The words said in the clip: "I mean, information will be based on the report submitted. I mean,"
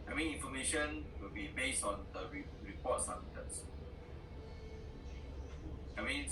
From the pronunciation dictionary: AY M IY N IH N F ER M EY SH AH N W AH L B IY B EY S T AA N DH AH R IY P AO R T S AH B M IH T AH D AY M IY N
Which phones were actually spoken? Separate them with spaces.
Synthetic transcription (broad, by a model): AY M IY N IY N F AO M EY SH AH N W AH L B IY B EY S T AA N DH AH R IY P AO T S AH M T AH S AY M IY N